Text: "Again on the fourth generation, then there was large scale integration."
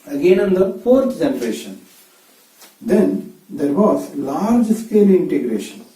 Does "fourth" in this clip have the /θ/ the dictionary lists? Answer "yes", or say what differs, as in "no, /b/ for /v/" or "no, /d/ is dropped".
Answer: no, /t/ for /θ/